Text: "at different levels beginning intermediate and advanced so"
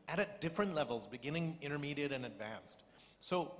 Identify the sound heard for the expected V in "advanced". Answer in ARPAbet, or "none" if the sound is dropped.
V